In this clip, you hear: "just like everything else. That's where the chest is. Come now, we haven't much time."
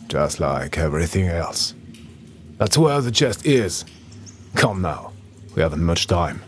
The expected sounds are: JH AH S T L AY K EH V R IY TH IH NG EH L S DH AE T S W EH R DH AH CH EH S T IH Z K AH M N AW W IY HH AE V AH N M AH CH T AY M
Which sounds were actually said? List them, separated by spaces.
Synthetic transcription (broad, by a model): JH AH S T L AY K EH V R IY TH IH NG EH L S DH AE T S W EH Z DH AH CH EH S T IH Z K AH M N AW W IY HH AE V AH N M AH CH T AY M